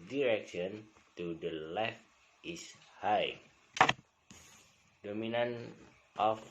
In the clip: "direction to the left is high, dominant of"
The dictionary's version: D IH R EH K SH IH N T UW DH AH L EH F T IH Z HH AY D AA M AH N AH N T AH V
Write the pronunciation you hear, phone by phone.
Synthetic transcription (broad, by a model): D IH R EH K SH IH N T UW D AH L EH F T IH S HH AY D AA M AH N AH N T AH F